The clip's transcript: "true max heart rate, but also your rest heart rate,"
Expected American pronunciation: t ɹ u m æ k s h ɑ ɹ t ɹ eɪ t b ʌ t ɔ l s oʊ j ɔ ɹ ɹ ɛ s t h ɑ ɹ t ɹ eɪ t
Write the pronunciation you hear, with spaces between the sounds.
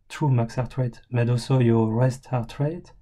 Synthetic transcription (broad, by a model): t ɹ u m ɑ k s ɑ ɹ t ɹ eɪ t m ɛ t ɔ s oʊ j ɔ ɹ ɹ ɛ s t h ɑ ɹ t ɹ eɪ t